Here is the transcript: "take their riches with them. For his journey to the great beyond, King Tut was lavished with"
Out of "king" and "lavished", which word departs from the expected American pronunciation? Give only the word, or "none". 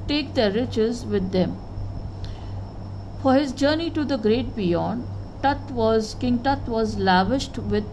none